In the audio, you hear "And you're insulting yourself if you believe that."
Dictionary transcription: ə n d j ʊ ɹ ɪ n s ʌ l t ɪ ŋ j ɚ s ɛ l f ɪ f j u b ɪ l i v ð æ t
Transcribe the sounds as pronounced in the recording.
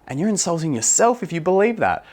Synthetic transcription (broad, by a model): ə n j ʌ ɹ ɪ n s ʌ l t ɪ ŋ j ɚ s ɛ l f ɪ f j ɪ b ɪ l i v ð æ t